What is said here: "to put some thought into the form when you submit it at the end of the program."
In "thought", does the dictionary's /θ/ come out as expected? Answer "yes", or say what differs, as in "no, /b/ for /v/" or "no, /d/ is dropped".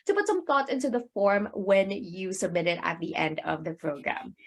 yes